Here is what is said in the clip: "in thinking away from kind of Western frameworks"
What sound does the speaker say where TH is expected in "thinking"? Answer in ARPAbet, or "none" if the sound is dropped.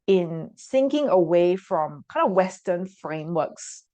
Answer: S